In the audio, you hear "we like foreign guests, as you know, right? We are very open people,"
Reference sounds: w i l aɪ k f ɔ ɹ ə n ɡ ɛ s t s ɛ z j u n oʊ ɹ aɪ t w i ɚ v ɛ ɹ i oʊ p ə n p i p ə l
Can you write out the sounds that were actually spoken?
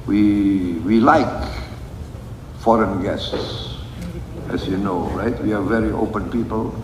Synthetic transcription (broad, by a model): w i l aɪ k f ɔ ɹ ə n ɡ ɛ s t s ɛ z j u n oʊ ɹ aɪ t w i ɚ v ɛ ɹ i oʊ p ə n p i p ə l